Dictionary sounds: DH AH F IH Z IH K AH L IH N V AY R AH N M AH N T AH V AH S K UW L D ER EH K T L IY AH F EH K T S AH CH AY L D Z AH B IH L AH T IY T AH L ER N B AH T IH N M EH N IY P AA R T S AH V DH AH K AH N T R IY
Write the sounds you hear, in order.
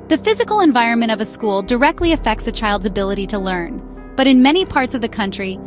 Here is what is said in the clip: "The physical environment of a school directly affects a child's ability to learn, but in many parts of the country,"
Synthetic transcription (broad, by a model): DH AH F IH Z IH K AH L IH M V AY R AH N M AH T AH V AH S K UW L D ER EH K T L IY AH F EH K T S AH CH AY L D Z AH B IH L AH T IY T AH L ER N B AH T IH N M EH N IY P AA R T S AH V DH AH K AH N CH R IY